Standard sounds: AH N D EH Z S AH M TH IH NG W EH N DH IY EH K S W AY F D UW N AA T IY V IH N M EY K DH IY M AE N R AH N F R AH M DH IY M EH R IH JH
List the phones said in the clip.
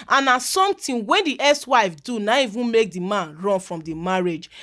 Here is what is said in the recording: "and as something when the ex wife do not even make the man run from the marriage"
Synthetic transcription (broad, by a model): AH N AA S S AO M T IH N W EH N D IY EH S W AY F D UW N AA IY V IH N M EY K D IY M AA N R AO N F R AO M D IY M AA R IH JH